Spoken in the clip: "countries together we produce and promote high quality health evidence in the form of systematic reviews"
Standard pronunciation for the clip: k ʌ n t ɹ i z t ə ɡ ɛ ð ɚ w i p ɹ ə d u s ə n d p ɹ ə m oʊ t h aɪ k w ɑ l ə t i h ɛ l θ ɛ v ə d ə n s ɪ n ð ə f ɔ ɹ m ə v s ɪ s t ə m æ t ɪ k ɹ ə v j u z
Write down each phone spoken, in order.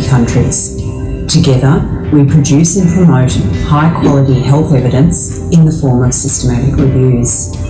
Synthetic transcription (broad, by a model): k ʌ n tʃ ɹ i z t ə ɡ ɛ ð ɚ w i p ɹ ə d u s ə n p ɹ ə m oʊ t h aɪ k w ɑ l ə t i h ɛ l θ ɛ v ə d ə n s ɪ n ð ə f ɔ ɹ m ə v s ɪ s t ə m æ t ɪ k ɹ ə v j u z